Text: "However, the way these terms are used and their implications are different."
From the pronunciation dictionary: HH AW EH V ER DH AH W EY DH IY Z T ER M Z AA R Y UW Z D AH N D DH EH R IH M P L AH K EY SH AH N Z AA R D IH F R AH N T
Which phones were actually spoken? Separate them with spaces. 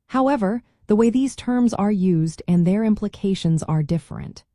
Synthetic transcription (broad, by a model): HH AW EH V ER DH AH W EY DH IY Z T ER M Z AA R Y UW Z D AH N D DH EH R IH M P L AH K EY SH AH N Z AA R D IH F R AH N T